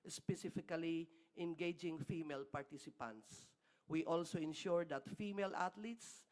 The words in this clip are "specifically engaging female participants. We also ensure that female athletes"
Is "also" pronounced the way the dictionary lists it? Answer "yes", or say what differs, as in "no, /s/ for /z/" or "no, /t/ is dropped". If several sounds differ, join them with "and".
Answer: yes